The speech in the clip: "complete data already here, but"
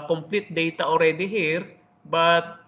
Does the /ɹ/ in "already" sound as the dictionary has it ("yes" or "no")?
yes